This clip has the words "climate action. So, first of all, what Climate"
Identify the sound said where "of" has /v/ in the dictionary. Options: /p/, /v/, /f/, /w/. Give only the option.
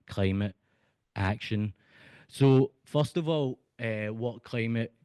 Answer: /v/